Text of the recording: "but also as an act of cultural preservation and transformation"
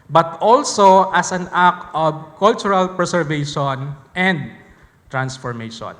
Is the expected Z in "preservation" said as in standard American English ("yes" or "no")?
no